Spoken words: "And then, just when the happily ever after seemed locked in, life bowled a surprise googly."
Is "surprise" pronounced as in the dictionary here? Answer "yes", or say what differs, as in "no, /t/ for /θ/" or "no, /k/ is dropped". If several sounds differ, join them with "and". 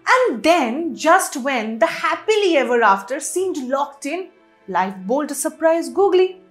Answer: yes